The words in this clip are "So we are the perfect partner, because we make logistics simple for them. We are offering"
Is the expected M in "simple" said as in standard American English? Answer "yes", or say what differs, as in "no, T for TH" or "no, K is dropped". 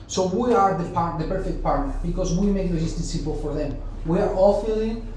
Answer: no, M is dropped